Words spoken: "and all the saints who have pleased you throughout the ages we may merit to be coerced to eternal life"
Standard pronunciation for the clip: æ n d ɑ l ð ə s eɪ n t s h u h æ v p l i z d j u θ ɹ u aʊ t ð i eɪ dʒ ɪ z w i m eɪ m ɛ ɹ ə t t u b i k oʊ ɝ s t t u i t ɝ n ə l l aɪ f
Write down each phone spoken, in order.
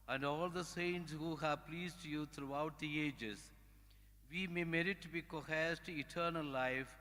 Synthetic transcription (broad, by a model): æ n d ɑ l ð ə s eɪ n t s h u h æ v p l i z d j u t ɹ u aʊ t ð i eɪ dʒ ɪ z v i m eɪ m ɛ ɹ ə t t u b i k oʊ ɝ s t t u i t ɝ n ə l l aɪ f